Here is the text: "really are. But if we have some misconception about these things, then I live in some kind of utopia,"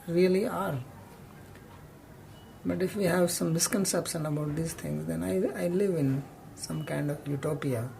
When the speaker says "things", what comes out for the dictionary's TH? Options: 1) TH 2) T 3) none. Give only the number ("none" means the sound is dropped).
2